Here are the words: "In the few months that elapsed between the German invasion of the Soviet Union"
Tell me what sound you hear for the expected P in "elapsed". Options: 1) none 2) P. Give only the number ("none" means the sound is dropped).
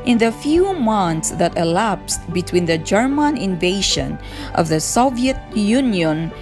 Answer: 2